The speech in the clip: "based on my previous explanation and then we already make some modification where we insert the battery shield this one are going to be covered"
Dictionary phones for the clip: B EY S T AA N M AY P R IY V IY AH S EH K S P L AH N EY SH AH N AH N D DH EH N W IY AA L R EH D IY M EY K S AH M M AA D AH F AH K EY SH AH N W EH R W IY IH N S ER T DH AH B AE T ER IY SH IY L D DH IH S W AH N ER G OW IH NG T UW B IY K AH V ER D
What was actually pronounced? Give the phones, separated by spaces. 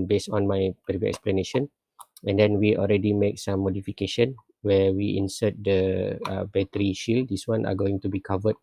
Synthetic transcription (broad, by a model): B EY S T AA N M AY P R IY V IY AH EH K S P L AH N EY SH AH N AH N D EH N W IY AA L R EH D IY M EY K S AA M M AA D AH F AH K EY SH AH N W EH W IY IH N S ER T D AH B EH T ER IY SH IY L D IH S W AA N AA G OW IH NG T UW B IY K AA V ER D